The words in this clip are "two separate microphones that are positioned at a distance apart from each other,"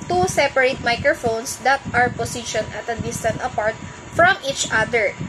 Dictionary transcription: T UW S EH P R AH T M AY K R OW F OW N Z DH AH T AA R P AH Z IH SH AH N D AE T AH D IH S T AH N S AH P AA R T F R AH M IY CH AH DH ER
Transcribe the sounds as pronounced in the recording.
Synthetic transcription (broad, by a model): T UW S EH P R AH T M AY K R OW F OW N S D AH T AA R P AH S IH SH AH N AH T AH D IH S T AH N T AH P AA R T F R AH M IY CH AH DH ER